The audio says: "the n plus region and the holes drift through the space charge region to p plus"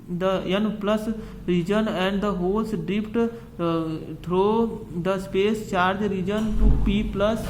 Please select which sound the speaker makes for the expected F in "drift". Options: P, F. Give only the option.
P